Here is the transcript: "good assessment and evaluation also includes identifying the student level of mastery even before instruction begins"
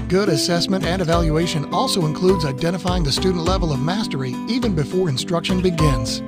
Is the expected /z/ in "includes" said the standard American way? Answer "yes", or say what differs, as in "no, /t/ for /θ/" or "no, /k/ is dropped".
yes